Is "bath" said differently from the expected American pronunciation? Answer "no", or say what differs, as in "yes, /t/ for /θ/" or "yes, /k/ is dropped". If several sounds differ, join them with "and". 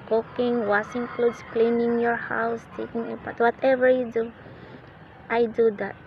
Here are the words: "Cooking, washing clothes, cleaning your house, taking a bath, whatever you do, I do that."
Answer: yes, /t/ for /θ/